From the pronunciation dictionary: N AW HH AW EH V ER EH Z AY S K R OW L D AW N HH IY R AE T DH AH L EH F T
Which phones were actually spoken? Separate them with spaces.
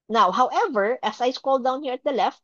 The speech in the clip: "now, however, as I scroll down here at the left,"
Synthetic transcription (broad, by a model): N AW HH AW EH V ER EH S AY S K OW L D AW N HH IY R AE T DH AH L EH F T